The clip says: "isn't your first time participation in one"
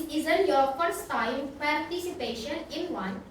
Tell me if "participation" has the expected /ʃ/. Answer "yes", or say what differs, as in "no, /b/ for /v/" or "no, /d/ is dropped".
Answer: yes